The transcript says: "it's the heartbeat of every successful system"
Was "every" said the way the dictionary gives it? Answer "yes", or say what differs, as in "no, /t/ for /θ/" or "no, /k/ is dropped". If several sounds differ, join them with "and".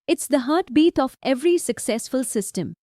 yes